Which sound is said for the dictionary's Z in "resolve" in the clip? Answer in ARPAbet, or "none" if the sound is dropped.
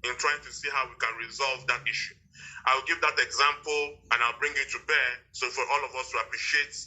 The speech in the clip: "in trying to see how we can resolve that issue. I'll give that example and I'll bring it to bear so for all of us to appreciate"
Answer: Z